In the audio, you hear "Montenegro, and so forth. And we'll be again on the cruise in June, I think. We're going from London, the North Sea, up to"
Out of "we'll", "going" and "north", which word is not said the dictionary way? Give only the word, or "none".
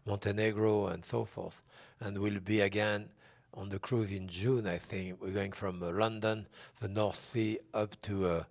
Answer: none